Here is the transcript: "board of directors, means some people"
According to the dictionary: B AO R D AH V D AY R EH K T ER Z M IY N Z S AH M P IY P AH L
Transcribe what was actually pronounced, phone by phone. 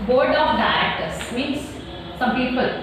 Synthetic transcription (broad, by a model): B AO R D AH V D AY EH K T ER S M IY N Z S AH M P IY P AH L